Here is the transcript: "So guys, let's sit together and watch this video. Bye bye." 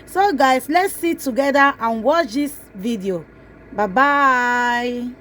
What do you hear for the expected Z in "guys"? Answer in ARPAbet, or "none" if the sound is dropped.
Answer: S